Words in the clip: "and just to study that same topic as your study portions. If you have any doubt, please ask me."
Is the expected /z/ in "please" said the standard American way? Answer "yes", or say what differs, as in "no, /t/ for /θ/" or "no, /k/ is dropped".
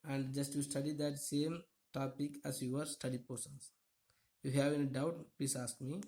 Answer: no, /s/ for /z/